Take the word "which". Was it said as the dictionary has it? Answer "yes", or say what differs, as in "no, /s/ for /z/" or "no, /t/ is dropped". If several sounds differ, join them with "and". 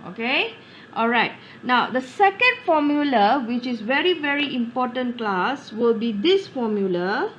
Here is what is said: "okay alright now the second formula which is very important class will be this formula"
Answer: yes